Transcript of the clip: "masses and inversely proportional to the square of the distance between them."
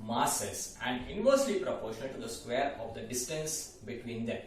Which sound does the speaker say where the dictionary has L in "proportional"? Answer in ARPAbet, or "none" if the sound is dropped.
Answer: N